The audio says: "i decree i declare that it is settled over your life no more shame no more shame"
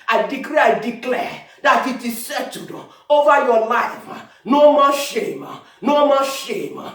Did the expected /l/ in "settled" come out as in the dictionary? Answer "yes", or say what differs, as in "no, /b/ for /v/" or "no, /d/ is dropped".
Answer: no, /l/ is dropped